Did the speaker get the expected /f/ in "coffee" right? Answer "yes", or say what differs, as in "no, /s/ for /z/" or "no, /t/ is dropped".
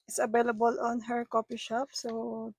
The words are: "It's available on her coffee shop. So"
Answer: no, /p/ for /f/